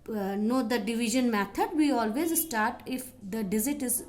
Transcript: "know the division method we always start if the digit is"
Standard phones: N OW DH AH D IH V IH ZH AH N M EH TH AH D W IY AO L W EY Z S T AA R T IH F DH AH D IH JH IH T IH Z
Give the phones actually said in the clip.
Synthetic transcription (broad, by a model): N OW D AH D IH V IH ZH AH N M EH T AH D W IY AO L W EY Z S T AA R T IH F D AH D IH Z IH T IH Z